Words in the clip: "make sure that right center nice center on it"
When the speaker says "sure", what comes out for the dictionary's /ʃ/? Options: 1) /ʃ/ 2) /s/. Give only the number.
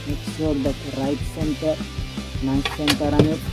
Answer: 2